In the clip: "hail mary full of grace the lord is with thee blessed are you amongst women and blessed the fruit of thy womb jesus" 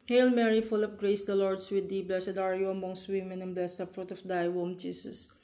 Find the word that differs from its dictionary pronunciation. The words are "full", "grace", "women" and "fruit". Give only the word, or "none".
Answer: none